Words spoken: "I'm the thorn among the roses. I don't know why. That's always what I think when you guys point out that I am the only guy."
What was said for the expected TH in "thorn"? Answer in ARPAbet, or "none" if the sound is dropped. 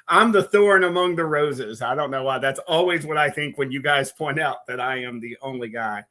TH